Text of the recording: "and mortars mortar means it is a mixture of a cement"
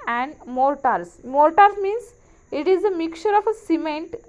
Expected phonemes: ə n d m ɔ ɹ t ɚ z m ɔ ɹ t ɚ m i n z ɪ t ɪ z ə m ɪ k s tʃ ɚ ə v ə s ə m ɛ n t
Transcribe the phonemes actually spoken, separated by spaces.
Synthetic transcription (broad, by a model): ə n d m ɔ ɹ t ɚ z m ɔ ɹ t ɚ m i n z ɪ t ɪ z ə m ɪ k tʃ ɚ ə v ə s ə m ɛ n t